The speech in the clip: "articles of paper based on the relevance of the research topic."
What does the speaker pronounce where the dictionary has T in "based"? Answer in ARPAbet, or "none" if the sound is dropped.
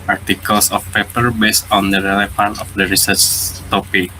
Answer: T